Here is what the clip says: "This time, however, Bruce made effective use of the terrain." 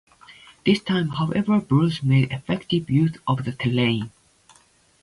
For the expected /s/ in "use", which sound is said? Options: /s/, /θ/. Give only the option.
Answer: /θ/